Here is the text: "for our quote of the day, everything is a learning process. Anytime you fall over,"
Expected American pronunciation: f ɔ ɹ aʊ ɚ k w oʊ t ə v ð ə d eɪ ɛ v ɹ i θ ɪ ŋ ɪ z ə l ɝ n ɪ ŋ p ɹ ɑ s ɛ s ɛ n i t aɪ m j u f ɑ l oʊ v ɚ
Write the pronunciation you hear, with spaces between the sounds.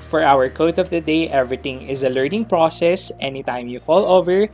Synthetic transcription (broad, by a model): f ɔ ɹ aʊ ɚ k oʊ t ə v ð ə d eɪ ɛ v ɹ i t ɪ ŋ ɪ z ə l ɝ n ɪ ŋ p ɹ ɑ s ɛ s ɛ n i t aɪ m j u f ɑ l oʊ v ɚ